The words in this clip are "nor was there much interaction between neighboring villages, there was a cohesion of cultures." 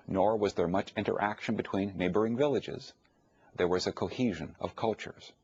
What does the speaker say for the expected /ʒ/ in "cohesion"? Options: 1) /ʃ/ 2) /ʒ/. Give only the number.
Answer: 2